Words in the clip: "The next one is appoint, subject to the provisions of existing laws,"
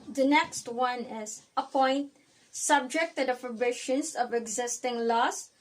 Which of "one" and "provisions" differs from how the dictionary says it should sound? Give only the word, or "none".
provisions